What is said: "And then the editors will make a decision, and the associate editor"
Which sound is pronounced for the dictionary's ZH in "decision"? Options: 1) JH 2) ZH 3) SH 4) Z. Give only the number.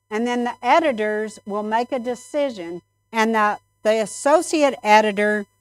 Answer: 2